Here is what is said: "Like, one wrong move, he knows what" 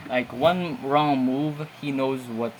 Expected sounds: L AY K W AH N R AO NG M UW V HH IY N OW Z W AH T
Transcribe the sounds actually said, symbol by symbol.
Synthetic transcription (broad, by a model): L AY K W AH N R AO NG M UW V HH IY N OW Z W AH T